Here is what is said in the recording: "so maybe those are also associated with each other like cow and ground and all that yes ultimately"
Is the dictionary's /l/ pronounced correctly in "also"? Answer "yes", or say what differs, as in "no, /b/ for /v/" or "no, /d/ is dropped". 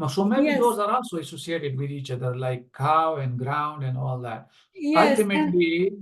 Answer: no, /n/ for /l/